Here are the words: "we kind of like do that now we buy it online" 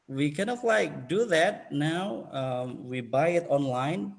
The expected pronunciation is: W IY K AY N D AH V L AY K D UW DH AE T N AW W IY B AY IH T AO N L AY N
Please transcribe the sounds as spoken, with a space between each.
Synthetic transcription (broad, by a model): W IY K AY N AH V L AY K D UW DH AE T N AW W IY B AY IH T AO N L AY N